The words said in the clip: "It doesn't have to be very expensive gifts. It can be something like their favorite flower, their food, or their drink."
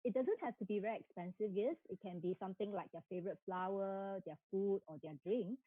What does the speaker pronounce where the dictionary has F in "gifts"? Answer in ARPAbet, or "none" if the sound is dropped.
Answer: none